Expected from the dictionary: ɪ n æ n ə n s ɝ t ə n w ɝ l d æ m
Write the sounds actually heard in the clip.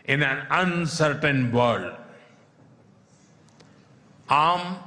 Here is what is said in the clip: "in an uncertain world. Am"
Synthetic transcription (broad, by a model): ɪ n æ n ə n s ɝ t ə n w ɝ d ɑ m